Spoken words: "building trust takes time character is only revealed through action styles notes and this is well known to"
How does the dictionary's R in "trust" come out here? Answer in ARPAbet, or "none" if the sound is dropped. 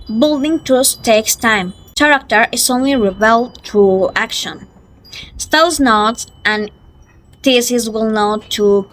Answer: none